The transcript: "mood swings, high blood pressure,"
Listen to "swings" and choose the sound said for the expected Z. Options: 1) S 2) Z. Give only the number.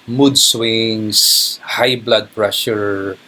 1